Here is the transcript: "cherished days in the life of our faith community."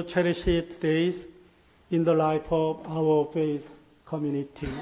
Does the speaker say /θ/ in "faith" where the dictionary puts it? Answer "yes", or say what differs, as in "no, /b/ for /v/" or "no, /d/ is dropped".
no, /s/ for /θ/